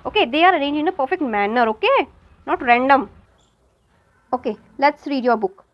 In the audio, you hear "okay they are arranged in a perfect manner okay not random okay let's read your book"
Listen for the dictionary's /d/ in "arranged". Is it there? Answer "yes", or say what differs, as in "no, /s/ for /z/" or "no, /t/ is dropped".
no, /d/ is dropped